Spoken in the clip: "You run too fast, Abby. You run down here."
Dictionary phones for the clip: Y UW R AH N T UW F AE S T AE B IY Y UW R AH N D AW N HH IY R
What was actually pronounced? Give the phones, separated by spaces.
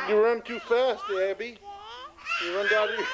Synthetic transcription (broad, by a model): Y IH R AH N T UW F AE S T AE B IY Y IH R AH N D AW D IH